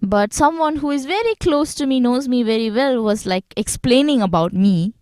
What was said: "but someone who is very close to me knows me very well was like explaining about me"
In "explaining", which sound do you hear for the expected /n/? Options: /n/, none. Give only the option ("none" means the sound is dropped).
/n/